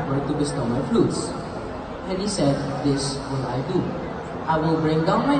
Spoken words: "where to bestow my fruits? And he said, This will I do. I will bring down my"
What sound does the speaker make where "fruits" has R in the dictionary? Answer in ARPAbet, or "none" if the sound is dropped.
L